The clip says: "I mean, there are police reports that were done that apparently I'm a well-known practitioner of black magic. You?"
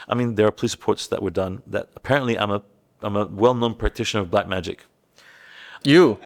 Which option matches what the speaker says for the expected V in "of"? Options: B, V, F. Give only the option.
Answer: V